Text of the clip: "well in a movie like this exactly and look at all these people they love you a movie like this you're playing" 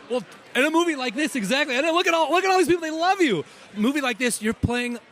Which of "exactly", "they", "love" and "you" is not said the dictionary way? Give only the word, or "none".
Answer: none